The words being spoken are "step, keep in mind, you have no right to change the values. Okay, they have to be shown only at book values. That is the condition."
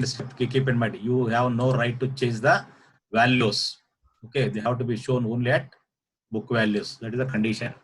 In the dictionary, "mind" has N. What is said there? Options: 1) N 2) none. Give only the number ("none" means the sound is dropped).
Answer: 2